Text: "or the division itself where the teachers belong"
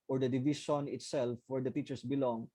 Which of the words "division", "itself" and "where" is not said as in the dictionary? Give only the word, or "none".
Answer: division